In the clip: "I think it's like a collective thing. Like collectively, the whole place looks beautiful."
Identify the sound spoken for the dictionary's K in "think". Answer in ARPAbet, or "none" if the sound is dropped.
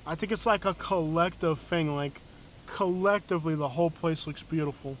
K